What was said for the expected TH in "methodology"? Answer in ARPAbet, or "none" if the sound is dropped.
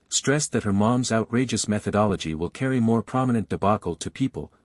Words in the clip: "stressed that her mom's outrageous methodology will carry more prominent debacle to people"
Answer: TH